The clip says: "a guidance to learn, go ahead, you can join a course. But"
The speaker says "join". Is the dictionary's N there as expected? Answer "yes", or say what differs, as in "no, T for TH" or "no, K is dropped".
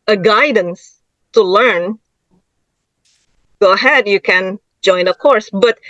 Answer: yes